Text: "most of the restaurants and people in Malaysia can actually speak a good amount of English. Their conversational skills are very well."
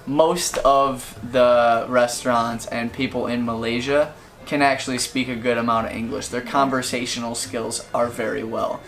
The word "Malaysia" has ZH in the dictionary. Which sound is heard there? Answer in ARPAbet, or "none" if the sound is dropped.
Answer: ZH